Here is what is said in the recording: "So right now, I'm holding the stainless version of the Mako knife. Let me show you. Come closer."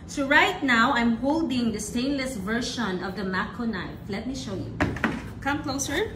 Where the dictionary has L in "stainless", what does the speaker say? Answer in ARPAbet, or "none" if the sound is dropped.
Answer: L